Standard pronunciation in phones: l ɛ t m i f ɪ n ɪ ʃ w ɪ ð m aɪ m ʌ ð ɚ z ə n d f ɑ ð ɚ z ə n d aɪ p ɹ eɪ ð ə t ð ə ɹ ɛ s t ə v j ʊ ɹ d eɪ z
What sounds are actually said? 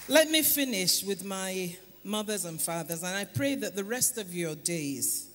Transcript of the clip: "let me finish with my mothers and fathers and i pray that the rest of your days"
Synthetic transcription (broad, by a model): l ɛ t m i f ɪ n ɪ ʃ w ɪ ð m aɪ m ʌ ð ɚ z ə n f ɑ ð ɚ z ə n aɪ p ɹ eɪ ð ə t ð ə ɹ ɛ s t ə v j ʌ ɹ d eɪ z